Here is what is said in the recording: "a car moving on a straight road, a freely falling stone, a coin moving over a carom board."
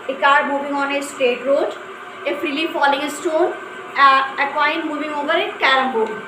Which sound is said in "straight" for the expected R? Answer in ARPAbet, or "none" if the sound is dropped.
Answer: none